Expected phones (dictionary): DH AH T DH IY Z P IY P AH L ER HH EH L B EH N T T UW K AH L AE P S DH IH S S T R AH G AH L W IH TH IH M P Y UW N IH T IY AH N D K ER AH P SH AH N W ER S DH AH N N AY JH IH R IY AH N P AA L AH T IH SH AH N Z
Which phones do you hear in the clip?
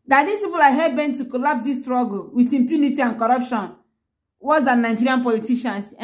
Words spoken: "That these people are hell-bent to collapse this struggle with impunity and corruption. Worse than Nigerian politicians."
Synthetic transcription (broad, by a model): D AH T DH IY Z P IY P AH L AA HH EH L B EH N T T UW K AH L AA P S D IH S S T R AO G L W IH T IH M P Y UW N IH T IY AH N K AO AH P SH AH N W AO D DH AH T N AY JH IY R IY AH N P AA L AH T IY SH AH N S